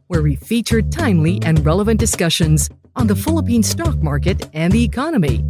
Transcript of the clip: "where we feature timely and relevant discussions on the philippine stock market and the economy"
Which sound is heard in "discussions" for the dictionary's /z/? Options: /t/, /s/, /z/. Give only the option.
/z/